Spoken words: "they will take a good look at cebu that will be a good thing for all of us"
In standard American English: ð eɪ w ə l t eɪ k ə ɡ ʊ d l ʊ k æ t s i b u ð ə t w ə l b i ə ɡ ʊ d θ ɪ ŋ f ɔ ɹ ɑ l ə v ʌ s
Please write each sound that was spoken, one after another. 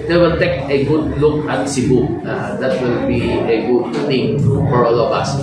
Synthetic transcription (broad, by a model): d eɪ w ə l t eɪ k ə ɡ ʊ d l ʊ k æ t s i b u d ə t w ə l b i ə ɡ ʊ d t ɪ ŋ f ɔ ɹ ɑ l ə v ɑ s